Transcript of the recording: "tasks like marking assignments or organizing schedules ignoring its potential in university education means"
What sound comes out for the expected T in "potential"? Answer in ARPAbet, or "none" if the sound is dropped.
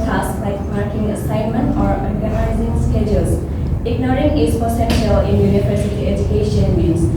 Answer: S